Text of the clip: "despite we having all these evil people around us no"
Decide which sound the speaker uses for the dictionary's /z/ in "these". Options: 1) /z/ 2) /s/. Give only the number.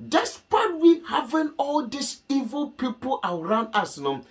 2